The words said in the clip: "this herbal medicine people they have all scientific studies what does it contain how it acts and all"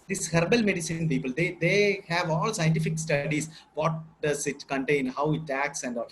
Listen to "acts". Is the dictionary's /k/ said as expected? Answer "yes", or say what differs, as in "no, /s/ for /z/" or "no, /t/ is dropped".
yes